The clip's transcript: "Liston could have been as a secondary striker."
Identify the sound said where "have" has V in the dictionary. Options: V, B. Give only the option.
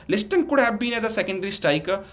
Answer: B